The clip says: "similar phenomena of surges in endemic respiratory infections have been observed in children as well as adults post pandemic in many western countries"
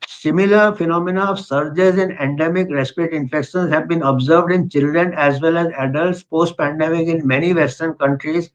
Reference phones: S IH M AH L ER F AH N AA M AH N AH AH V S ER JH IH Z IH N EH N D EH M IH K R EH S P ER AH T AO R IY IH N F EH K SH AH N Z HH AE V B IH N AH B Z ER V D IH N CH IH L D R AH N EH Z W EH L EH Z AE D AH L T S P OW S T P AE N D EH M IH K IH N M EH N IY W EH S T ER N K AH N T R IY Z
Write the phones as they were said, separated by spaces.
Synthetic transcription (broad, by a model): S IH M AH L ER F AH N AA M AH N AH AH V S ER JH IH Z IH N EH N D EH M IH K R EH S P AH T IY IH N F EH K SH AH N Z HH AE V B IH N AH B Z ER V D IH N CH IH L D R AH N EH Z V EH L EH Z AE D AH L T S P OW S T P AE N D EH M IH K IH N M EH N IY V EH S T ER N K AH N T R IY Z